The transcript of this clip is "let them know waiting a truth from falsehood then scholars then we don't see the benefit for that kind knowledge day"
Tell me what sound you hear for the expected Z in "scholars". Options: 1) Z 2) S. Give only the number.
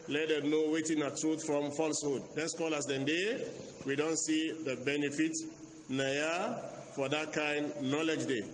2